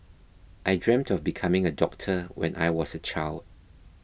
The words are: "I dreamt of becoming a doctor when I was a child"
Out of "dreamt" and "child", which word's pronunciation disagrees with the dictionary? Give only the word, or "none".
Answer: none